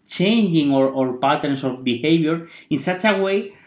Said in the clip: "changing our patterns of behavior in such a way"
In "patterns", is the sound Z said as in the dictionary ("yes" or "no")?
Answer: no